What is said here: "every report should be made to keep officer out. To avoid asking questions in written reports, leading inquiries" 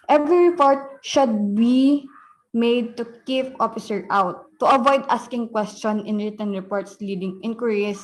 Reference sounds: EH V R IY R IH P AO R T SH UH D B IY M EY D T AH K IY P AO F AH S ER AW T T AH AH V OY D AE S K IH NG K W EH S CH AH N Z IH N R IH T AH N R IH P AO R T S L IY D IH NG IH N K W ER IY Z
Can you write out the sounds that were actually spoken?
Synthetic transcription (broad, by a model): EH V R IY R IH P AO R T SH UH D B IY M EY D T AH K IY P AO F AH S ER AW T T AH AH V OY D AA S K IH NG K W EH S CH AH N IH N R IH T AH N R IH P AO R T S L IY D IH NG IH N K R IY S